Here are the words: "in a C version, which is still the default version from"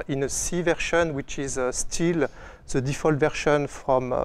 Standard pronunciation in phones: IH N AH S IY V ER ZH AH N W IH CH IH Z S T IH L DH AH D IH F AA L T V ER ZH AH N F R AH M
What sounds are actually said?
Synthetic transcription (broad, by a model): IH N AH S IY V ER SH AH N W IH CH IH Z S T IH L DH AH D IH F AA L T V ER SH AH N F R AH M